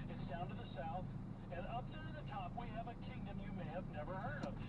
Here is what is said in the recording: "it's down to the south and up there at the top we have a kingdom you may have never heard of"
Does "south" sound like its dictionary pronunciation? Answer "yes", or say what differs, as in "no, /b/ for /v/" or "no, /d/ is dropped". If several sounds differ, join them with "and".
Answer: yes